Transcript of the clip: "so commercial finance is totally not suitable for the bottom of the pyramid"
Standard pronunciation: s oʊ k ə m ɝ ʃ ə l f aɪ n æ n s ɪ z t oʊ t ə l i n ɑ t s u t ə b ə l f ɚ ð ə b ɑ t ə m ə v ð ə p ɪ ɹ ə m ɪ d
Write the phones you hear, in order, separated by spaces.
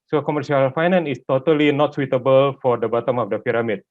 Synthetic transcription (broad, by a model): s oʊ k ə m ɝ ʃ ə l f aɪ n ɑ n ɪ s t oʊ t ə l i n ɑ t s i t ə b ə l f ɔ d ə b ɑ t ə m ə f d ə p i ɹ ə m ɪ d